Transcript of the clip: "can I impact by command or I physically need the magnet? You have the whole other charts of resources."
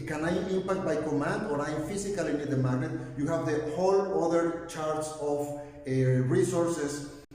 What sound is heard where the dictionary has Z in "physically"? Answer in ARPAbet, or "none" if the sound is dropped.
S